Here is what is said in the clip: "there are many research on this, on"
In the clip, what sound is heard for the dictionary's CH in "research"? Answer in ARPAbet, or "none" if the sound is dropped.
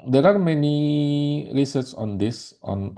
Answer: S